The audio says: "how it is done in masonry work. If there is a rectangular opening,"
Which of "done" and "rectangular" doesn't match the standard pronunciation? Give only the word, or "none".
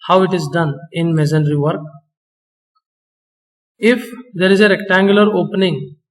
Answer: none